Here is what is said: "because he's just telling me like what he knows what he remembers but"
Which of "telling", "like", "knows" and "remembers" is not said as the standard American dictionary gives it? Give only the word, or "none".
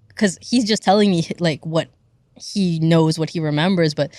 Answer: none